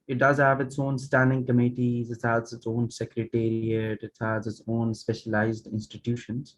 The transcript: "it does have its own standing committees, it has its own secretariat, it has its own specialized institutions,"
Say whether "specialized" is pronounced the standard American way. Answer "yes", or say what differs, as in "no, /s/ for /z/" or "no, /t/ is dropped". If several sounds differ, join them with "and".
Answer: yes